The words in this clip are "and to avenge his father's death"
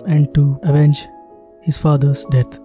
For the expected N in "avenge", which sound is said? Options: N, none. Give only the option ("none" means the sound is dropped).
N